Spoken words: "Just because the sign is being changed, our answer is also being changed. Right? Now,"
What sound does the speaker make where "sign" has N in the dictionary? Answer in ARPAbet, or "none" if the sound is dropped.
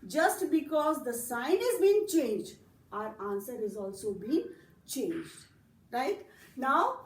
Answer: N